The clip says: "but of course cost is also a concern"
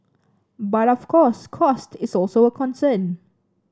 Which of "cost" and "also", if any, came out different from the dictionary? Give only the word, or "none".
none